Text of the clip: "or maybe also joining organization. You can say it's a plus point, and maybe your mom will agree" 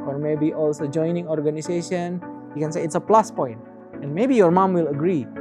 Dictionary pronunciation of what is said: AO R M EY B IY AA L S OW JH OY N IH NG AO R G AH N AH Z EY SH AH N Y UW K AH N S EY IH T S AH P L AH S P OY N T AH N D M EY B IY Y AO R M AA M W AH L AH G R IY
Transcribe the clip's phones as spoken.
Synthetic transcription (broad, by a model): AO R M EY B IY AA L S OW JH OY N IH NG AO R G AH N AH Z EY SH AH N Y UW K AH N S EY IH T S AH P L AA S P OY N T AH N M EY B IY Y AO R M AA M W AH L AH G R IY